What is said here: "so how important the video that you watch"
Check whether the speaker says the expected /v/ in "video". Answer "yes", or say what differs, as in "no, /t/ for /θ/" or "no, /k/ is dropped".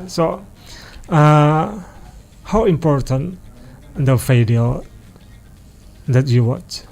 no, /f/ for /v/